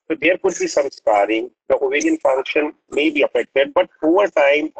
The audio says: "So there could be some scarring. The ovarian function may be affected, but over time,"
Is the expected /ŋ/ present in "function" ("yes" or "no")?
yes